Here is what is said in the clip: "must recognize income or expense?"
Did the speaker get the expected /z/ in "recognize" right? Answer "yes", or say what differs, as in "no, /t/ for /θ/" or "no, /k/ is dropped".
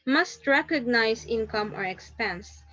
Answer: no, /s/ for /z/